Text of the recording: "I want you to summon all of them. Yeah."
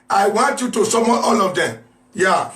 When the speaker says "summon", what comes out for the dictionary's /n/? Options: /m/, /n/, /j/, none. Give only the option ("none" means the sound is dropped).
none